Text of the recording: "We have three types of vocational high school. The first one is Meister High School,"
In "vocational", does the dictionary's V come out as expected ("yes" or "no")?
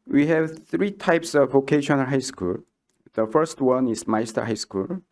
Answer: yes